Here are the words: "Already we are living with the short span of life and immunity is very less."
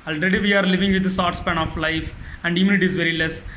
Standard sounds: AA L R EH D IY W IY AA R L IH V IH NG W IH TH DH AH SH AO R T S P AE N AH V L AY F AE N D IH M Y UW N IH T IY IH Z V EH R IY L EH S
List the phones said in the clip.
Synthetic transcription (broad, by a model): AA L R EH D IY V IY AA R L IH V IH NG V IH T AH S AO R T S P AE N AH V L AY F AE N D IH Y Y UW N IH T IY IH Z V EH R IY L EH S